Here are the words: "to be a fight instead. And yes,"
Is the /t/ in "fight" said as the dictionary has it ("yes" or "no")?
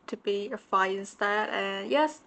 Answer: no